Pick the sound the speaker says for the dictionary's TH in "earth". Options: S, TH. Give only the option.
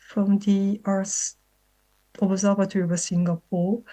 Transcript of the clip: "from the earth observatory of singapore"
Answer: S